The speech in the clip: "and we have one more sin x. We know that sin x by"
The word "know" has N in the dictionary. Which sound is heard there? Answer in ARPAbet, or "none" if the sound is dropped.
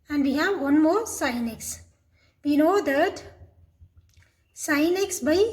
L